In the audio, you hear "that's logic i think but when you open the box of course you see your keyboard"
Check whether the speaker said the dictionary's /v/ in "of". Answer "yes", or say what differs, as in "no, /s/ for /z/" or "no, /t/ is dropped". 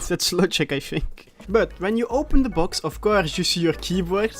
no, /f/ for /v/